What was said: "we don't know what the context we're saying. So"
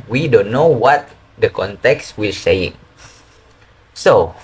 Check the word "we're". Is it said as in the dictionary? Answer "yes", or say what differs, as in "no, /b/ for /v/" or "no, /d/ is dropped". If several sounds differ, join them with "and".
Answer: no, /l/ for /ɹ/